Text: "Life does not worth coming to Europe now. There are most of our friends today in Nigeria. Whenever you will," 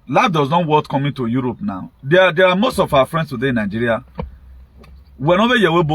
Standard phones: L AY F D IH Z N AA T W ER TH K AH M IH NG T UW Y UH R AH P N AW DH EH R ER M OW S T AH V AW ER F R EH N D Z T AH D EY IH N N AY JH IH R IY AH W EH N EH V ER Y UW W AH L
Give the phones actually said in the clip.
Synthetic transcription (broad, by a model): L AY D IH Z N AA T W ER T K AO M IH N T UW Y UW R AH P N AW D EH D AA M OW S T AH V AW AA F R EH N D S T AH D EY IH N N AY JH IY R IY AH W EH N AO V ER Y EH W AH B